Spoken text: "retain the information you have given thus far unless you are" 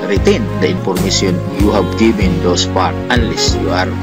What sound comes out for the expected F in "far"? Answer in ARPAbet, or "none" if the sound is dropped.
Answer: P